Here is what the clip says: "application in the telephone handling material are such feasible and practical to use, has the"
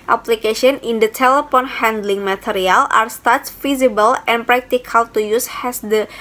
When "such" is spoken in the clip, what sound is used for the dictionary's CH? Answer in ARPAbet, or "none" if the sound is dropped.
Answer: S